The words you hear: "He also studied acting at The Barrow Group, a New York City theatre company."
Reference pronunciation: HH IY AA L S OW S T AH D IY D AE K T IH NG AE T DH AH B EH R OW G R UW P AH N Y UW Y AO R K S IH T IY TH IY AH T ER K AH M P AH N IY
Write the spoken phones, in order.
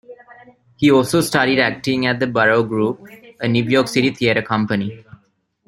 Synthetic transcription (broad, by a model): HH IY AA L S OW S T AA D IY D AE K T IH NG AE T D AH B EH R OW G R UW P AH N Y UW Y AO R K S IH T IY T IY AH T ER K AH M P AH N IY